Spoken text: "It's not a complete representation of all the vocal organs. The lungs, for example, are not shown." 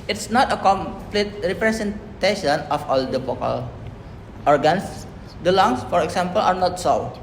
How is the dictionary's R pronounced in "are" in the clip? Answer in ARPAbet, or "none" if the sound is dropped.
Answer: R